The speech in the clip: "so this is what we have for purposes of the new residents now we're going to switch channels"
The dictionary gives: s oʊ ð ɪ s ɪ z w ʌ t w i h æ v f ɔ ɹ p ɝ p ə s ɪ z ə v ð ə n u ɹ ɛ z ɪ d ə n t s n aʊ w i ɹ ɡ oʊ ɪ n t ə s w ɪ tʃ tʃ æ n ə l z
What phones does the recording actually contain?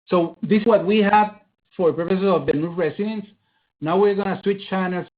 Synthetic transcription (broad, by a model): s oʊ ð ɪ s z w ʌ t w i h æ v f ɔ ɹ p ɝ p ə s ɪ s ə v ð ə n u ɹ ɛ s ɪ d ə n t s n aʊ w i ɹ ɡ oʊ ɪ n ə s w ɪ tʃ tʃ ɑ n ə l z